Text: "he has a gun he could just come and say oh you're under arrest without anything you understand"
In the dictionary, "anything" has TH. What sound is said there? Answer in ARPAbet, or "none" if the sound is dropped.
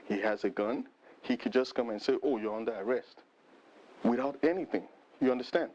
TH